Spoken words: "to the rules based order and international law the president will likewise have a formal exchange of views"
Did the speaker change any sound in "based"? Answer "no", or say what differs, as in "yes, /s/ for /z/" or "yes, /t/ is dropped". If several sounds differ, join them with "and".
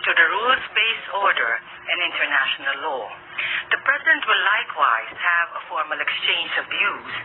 yes, /t/ is dropped